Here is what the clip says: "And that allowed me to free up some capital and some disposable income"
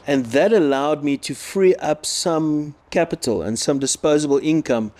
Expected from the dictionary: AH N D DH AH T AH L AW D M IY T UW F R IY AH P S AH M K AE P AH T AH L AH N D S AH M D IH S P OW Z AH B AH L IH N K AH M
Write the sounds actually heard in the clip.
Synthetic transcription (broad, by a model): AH N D DH AH T AH L AW D M IY T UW F R IY AH P S AH M K AE P AH T AH L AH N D S AH M D IH S P OW Z AH B AH L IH N K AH M